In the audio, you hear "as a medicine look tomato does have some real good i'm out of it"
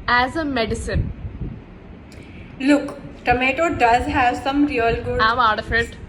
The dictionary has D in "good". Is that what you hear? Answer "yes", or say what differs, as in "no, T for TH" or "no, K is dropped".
no, D is dropped